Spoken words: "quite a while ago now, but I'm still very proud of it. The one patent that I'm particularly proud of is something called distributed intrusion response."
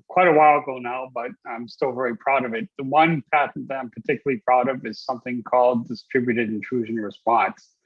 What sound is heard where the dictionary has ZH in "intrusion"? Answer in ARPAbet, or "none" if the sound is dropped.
ZH